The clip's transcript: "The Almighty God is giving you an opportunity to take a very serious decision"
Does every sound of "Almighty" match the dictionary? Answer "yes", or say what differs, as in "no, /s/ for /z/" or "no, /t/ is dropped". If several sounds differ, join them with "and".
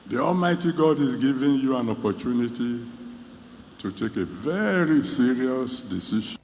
yes